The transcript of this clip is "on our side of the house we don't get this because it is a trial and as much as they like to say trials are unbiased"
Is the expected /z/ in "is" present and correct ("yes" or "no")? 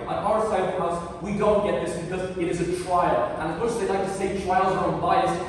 yes